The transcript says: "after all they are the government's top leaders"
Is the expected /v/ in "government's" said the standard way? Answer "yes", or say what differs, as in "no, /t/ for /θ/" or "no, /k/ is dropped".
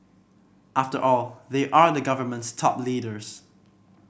yes